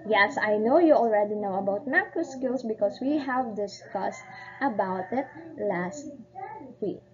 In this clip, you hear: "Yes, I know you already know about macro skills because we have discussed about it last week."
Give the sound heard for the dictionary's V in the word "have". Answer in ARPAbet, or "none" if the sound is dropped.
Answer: V